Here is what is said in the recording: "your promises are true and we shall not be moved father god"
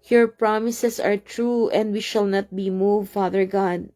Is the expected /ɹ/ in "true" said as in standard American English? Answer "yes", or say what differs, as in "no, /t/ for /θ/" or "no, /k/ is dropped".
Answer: yes